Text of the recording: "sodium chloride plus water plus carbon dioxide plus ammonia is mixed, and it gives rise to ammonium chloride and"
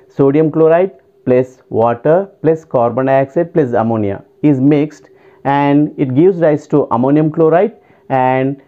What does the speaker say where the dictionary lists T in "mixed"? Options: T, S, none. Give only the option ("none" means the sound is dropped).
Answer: T